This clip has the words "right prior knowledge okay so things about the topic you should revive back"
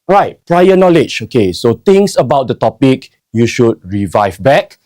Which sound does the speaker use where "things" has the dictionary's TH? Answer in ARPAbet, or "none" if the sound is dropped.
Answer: T